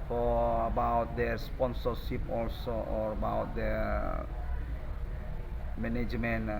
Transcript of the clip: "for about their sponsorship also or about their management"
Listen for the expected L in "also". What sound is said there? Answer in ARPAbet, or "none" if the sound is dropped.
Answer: L